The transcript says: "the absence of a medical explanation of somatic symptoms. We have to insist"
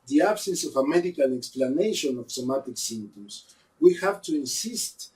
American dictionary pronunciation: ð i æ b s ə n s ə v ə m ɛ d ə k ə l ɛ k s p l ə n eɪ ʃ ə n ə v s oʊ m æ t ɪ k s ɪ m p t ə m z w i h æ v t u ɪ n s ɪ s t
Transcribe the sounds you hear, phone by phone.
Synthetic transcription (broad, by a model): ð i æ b s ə n s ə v ə m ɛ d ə k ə l ɛ k s p l ə n eɪ ʃ ə n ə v s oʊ m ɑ t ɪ k s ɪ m t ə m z w i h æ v t u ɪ n s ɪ s t